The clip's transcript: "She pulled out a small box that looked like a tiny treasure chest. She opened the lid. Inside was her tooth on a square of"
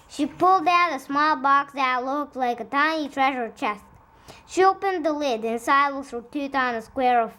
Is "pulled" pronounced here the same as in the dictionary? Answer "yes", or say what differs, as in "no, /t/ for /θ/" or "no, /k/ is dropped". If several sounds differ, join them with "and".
yes